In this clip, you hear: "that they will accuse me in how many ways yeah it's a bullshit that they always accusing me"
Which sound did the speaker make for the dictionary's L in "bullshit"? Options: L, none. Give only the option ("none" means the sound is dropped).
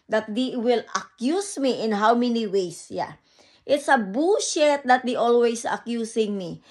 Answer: none